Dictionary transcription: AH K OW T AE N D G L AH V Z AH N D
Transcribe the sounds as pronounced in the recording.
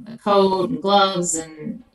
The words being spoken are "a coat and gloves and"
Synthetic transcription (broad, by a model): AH K OW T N G L AH V Z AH N